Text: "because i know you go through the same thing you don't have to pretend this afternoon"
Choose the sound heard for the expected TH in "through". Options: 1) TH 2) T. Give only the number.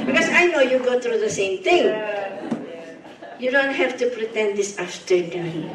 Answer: 2